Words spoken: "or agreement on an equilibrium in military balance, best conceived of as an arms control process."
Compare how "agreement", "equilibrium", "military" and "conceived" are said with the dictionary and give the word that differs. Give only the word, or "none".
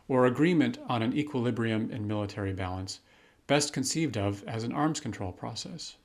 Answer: none